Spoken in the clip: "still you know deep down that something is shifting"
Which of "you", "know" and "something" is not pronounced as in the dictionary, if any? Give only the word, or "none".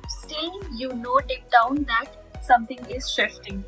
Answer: something